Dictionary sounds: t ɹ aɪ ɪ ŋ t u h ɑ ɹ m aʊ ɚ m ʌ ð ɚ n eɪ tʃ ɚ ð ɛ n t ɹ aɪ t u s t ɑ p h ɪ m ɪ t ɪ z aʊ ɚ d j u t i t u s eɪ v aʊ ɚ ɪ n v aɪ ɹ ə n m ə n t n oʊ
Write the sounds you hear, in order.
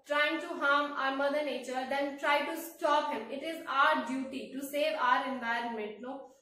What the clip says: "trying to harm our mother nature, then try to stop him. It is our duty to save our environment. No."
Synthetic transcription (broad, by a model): t ɹ aɪ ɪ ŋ t u h ɑ ɹ m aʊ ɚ m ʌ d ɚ n eɪ tʃ ɚ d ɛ n t ɹ aɪ t u s t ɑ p h ɪ m ɪ t ɪ z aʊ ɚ d j u t i t u s eɪ v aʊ ɚ ɪ n v aɪ ɹ ə n m ə n t n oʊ